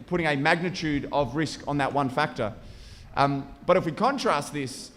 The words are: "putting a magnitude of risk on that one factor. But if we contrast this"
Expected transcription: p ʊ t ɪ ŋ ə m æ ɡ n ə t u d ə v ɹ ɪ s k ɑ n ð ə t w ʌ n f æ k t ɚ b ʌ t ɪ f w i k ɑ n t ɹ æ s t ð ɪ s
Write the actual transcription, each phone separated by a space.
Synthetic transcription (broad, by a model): p ʊ t ɪ ŋ ə m æ ɡ n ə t u d ə v ɹ ɪ s k n ð ə t w ʌ n f æ k t ɚ b ʌ t ɪ f w i k ɑ n t ɹ æ s t ð ɪ s